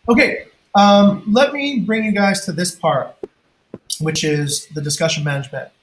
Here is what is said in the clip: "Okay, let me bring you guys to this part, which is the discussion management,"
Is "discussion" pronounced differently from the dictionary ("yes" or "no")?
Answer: no